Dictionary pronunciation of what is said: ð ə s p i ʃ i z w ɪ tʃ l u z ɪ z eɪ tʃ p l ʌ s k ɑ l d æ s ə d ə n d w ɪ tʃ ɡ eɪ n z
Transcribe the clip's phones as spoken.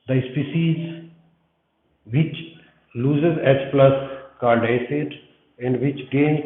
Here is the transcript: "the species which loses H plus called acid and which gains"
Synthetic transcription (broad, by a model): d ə s p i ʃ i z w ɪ tʃ l u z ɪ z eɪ s p l ʌ s k ɑ l d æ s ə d ə n d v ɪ tʃ ɡ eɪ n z